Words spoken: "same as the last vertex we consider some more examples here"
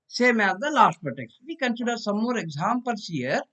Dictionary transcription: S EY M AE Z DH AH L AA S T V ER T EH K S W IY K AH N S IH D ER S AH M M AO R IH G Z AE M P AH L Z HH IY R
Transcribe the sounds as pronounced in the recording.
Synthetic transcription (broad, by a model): S EY M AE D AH L AA S T P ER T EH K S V IY K AH N S IH D ER S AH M M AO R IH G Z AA M P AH L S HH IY R